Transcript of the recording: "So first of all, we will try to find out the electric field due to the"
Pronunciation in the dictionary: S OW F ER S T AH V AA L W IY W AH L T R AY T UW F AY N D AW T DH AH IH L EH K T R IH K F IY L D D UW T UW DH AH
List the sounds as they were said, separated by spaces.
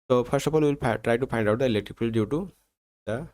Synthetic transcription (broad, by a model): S OW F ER S T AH P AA N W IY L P T R AY T UW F AY N D AW T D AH IH L EH K T R IH K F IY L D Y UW T UW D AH